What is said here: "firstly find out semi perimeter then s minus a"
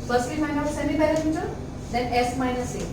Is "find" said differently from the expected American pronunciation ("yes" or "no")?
yes